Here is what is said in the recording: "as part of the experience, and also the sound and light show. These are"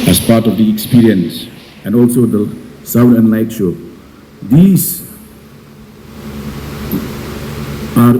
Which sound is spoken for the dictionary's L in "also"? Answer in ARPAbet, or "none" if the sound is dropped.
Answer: L